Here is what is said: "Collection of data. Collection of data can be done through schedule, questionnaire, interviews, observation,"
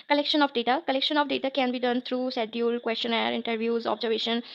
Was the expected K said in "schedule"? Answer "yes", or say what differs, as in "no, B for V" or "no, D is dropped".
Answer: no, K is dropped